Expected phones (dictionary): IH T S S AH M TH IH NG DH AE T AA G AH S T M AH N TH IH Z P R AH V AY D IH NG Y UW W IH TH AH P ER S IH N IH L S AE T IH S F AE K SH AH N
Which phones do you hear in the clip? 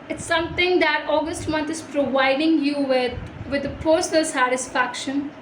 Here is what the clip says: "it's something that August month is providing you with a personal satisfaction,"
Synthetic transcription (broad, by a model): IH T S S AH M T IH NG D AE T AA G AH S T M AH N T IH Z P R AH V AY D IH NG Y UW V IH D AH P ER S IH N IH L S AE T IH S F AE K SH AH N